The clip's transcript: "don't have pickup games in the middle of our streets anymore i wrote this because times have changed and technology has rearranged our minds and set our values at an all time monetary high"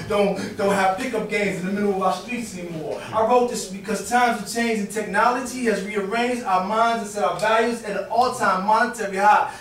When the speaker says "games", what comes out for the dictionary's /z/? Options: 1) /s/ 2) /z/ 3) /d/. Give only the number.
2